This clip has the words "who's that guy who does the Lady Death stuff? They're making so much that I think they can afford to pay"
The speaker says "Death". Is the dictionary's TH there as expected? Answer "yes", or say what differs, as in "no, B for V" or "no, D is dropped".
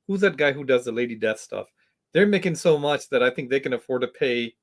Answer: yes